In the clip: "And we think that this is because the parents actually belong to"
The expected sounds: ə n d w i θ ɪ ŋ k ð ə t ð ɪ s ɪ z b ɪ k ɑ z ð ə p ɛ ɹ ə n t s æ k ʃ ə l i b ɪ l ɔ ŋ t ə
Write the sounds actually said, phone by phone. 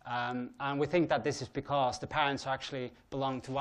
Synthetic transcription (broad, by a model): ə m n w i θ ɪ ŋ k ð ə t ð ɪ s ɪ z b ɪ k ɑ z ð ə p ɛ ɹ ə n t s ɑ k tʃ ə l i b ɪ l ɔ ŋ t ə